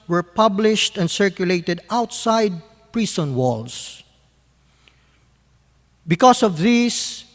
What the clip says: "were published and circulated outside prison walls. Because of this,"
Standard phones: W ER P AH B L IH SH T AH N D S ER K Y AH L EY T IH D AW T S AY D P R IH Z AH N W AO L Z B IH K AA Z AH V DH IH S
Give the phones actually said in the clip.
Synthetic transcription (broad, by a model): W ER P AH B L IH SH T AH N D S ER K Y AH L EY T IH D AW T S AY D P R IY S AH N W AO L S B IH K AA S AH V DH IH S